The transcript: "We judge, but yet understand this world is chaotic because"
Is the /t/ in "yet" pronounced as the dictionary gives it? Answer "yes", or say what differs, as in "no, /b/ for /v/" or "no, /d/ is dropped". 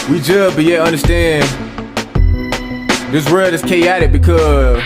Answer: no, /t/ is dropped